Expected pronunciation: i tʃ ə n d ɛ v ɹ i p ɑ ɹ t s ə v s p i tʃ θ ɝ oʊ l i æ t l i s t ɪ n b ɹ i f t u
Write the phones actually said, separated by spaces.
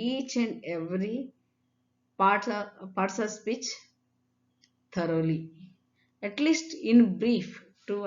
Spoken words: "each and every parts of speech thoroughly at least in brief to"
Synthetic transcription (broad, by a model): i tʃ ə n d ɛ v ɹ i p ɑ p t s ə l s p i tʃ t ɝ oʊ l i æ t l i s t ɪ n b ɹ i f t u